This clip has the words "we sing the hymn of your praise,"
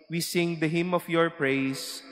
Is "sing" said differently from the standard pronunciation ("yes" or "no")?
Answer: no